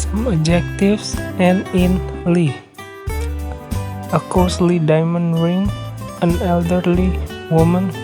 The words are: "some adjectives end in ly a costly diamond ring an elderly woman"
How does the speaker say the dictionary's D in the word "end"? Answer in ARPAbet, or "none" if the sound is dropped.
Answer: none